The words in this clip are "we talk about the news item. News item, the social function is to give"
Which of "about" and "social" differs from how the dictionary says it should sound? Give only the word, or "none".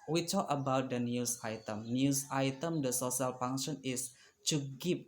social